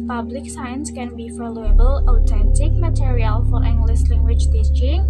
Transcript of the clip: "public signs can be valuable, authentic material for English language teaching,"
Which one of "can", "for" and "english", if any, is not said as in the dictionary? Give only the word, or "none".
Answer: english